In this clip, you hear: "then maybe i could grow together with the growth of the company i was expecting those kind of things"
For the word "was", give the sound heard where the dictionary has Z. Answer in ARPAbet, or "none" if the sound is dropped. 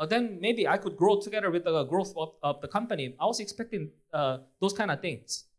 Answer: S